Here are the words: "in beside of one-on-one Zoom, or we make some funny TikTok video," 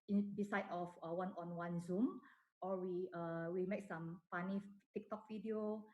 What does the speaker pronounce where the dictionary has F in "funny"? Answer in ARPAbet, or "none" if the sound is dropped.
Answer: P